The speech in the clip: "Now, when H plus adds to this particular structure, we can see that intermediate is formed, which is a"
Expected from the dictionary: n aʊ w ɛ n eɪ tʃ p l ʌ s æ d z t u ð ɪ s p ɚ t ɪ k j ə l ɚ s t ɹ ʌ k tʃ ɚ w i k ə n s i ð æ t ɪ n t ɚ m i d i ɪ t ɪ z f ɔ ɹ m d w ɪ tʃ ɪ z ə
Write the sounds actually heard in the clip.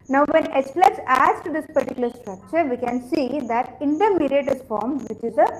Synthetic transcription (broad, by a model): n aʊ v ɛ n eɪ s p l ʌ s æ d s t u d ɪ s p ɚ t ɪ k j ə l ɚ s t ɹ ʌ k tʃ ɚ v i k ə n s i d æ t ɪ n t ɚ m i d i ɪ t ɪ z f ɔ ɹ m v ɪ tʃ ɪ z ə